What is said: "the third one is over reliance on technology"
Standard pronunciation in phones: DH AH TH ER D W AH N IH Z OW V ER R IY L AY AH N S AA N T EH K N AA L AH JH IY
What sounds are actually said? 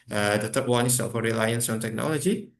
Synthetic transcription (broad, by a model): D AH T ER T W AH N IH S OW F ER R IY L AY AH N S AA N T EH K N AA L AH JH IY